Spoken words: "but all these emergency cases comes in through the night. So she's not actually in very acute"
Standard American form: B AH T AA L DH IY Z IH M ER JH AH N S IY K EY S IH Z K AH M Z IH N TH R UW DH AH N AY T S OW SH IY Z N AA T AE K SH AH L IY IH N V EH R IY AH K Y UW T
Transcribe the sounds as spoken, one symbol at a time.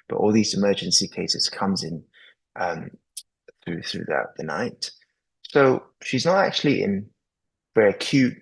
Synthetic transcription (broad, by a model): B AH T AA L DH IY Z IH M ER JH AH N S IY K EY S IH Z K AH M Z IH N TH R UW DH AH N AY T S OW SH IY Z N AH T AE K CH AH L IY IH N V EH R IY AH K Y UW T